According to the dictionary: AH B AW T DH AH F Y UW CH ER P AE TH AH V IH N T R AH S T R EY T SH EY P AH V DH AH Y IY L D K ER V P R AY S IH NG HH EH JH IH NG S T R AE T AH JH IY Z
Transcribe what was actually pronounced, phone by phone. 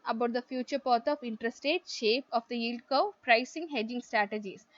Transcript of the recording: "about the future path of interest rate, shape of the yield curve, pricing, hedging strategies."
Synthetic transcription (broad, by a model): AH B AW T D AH F Y UW CH ER P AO T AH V IH N T R AH S T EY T SH EY P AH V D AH Y IY L D K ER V P R AY S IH NG HH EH JH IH NG S T R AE T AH JH IY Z